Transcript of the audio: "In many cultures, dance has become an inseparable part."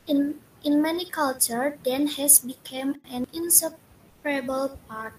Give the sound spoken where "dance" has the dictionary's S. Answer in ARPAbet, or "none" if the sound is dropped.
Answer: none